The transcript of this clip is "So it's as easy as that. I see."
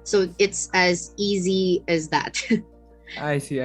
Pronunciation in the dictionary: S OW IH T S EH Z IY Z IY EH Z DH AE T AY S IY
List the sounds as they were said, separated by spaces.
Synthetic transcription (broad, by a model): S OW IH T S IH Z IY Z IY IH Z DH AE T AY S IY